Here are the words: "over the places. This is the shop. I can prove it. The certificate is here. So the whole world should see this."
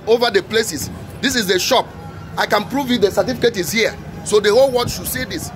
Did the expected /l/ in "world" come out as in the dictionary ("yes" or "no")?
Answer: no